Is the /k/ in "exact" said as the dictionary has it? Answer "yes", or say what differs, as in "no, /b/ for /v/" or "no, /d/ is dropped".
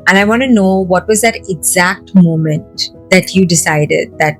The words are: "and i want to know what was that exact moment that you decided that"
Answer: yes